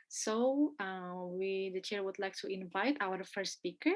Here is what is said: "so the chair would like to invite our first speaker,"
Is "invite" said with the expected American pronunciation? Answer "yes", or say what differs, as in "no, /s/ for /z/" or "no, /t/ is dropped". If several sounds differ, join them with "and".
yes